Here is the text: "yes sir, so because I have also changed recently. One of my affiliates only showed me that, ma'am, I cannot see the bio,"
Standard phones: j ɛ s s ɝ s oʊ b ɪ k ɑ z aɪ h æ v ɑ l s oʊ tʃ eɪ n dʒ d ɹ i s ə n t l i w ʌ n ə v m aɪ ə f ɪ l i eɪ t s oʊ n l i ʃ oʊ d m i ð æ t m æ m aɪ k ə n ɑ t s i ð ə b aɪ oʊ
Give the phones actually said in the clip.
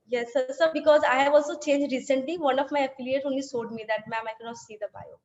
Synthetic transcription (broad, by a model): j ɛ s s ɝ b ɪ k ɑ z aɪ h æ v ɑ l s oʊ tʃ eɪ n dʒ d ɹ i s ə n t l i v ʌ n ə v m aɪ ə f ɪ l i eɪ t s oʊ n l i s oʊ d m i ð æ t m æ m aɪ k ə n ɑ t s i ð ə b aɪ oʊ